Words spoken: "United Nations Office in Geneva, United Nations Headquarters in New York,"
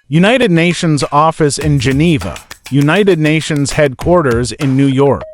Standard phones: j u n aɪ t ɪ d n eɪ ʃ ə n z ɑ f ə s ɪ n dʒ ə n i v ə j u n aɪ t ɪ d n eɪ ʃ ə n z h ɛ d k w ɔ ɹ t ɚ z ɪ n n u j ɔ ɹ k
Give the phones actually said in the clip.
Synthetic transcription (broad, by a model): j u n aɪ t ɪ d n eɪ ʃ ə n z ɑ f ə s ɪ n dʒ ə n i v ə j u n aɪ t ɪ d n eɪ ʃ ə n z h ɛ d k w ɔ ɹ t ɚ z ɪ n n u j ɔ ɹ k